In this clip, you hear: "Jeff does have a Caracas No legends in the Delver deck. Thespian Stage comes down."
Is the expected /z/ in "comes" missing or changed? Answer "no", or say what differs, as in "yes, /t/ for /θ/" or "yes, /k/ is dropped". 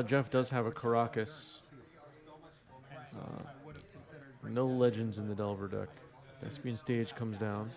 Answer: no